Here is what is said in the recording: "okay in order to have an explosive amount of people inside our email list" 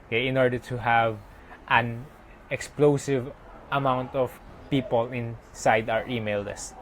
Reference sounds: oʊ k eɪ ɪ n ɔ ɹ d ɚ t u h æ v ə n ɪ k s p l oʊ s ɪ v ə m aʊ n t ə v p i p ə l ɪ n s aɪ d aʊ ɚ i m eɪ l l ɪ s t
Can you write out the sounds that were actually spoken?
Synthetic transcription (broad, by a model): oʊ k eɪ ɪ n ɔ ɹ d ɚ t u h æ v ə n ɪ k s p l oʊ s ɪ v ə m aʊ n t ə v p i p ə l ɪ n s aɪ d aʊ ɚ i m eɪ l l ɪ s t